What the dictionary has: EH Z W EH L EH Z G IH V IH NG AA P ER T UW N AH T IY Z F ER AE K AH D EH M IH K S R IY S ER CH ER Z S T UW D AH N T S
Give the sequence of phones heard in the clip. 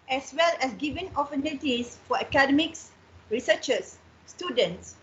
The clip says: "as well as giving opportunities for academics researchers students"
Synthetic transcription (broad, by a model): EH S W EH L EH S G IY V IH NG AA F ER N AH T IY S F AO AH K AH D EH M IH K S R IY S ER CH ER S T UW D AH N T S